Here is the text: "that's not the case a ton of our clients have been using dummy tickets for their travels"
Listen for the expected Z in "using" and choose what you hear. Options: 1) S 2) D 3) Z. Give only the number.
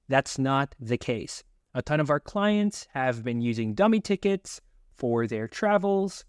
3